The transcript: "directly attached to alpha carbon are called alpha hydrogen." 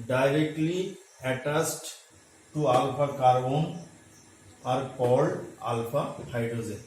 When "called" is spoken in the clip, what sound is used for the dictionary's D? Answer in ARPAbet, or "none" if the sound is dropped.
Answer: none